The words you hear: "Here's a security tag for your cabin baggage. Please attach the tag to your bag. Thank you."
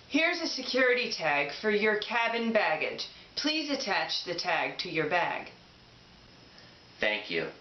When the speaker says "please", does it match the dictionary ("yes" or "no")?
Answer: yes